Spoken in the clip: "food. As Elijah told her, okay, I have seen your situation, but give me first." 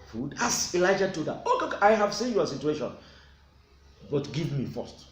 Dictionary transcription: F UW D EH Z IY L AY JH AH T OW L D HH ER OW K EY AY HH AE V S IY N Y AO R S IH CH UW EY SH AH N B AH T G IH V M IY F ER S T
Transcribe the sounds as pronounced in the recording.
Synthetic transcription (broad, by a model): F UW D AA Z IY L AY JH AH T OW D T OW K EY AY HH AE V S IY N Y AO S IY CH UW EY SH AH N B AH T G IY V M IY F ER S T